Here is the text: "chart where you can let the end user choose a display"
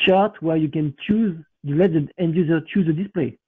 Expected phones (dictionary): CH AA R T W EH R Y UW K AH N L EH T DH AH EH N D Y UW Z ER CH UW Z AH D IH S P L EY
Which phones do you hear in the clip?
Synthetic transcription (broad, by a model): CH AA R T W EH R Y UW K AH N L EH T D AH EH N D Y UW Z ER CH UW Z AH D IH S P L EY